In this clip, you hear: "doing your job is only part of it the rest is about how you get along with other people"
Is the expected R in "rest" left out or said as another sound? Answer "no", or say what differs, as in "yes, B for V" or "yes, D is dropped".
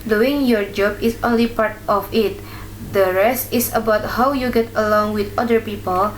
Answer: no